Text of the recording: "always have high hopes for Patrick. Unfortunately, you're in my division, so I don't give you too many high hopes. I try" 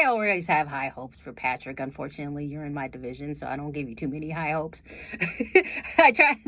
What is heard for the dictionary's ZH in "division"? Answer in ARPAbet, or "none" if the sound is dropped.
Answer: ZH